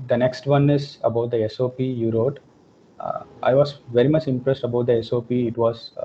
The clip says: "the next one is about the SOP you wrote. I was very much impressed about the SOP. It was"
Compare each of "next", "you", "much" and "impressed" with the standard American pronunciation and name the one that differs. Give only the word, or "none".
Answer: none